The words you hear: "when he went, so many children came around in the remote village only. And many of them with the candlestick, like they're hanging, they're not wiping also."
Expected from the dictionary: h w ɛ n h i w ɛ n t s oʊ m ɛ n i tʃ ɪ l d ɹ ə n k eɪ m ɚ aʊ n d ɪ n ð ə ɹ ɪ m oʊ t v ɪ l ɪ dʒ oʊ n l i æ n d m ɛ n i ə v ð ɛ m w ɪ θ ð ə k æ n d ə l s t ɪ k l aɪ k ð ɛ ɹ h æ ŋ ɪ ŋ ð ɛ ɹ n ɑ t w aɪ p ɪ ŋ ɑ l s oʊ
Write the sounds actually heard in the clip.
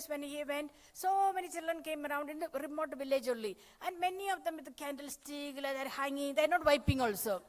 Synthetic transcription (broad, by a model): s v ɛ n h i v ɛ n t s oʊ m ɛ n i tʃ ɪ l d ɹ ə n k eɪ m ɚ aʊ n d ɪ n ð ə ɹ ɪ m oʊ t v ɪ l ɪ dʒ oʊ l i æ n d m ɛ n i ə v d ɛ m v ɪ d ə k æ n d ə l s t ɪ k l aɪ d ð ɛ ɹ h æ ŋ ɪ ŋ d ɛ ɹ n ɑ t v aɪ p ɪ ŋ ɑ l s oʊ